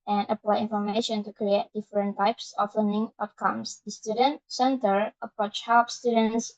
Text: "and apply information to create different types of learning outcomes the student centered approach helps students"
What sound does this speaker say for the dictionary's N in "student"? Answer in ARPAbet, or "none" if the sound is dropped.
N